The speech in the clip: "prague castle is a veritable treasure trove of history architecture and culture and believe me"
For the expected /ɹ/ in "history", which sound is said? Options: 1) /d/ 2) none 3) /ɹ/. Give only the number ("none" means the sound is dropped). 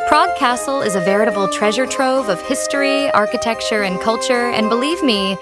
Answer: 3